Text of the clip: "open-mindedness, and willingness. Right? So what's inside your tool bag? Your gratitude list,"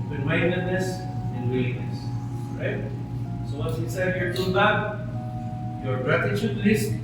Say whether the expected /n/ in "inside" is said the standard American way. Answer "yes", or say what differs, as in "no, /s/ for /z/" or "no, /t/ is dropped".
no, /n/ is dropped